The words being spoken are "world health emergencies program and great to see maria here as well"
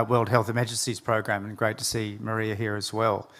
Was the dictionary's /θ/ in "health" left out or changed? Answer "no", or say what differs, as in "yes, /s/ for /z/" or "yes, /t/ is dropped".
no